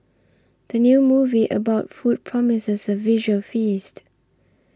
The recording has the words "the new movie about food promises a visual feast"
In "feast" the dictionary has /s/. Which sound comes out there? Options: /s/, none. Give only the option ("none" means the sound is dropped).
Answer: /s/